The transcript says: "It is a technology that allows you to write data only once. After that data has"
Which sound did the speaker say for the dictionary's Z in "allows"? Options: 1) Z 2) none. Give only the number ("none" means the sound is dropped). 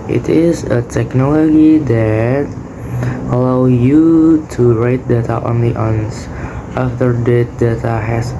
2